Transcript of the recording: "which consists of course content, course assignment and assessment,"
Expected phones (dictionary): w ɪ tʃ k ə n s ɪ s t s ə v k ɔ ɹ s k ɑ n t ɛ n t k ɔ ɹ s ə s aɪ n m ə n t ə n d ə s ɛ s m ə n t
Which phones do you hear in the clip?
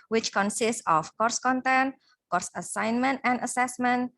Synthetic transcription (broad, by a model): w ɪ tʃ k ə n s ɪ s t s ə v k ɔ ɹ s k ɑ n t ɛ n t k ɔ ɹ s ə s aɪ n m ə n t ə n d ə s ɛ s m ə n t